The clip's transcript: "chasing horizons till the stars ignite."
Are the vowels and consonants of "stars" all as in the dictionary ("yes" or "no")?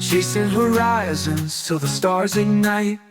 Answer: yes